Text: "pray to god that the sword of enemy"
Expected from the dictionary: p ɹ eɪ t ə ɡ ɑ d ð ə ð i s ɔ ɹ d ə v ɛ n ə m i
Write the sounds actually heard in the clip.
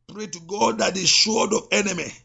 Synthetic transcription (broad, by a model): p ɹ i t ɡ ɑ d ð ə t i ʃ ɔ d ə v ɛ n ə m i